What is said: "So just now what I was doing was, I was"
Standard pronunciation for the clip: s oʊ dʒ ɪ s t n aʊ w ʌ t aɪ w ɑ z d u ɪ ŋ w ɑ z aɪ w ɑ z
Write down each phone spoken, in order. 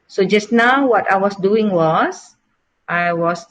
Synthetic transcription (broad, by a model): s oʊ dʒ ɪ s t n aʊ w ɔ t aɪ w ɑ s d u ɪ ŋ w ɑ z aɪ w ɑ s